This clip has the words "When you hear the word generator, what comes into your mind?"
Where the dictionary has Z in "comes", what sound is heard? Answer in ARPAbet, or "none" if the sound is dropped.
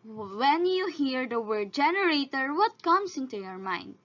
S